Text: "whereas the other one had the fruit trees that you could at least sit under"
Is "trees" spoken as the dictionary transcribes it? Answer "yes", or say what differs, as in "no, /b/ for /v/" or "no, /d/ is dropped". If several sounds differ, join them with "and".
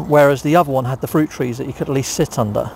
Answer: yes